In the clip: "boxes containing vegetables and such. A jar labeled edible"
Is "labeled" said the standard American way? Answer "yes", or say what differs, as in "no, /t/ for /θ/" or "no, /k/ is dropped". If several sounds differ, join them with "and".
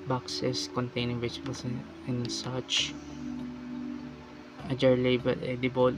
no, /d/ is dropped